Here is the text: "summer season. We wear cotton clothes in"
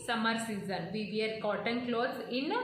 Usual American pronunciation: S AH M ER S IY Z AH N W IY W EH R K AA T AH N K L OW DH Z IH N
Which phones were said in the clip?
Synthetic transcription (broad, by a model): S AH M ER S IY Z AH N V IY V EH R K AA T AH N K L OW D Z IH N